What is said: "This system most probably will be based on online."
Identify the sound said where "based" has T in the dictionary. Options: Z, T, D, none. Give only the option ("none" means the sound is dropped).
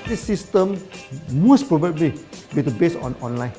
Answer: none